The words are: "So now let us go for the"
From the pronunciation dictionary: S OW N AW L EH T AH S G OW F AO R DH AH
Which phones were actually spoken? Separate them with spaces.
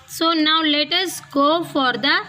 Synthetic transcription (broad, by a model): S OW N AW L EH T AH S G OW F AO R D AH